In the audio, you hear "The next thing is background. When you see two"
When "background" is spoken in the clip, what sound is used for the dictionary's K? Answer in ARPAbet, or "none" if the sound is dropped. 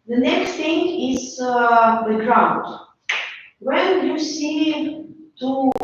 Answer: none